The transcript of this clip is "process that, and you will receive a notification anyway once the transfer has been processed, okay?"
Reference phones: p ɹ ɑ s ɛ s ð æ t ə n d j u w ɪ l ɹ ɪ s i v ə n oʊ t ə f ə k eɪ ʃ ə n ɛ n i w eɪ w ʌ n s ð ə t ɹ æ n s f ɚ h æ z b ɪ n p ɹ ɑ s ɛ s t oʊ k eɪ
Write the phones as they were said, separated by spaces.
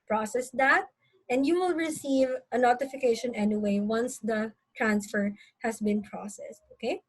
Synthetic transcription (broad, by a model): p ɹ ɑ s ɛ s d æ t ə n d j u w ɪ l ɹ ɪ s i v ə n oʊ t ə f ə k eɪ ʃ ə n ɛ n i w eɪ w ʌ n s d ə t ɹ æ n s f ɚ h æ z b ɪ n p ɹ ɑ s ɛ s t oʊ k eɪ